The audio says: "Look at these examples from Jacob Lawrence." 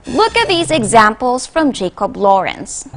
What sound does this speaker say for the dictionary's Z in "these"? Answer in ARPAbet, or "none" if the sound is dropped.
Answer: Z